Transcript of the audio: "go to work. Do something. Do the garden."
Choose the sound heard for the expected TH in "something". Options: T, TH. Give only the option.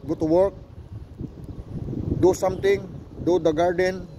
T